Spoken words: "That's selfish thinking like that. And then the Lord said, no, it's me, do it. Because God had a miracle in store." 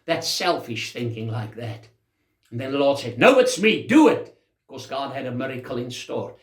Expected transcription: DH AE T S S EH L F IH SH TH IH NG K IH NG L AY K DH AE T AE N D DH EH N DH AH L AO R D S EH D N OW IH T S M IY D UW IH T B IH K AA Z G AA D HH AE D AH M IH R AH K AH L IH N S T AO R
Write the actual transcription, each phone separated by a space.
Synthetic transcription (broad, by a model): DH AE T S S EH L F IH SH TH IH NG K IH NG L AY K DH AE T N DH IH N DH AH L AO R D S EH D N OW IH T S M IY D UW IH T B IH K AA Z G AA D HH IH D AH M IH R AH K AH L IH N S T AO R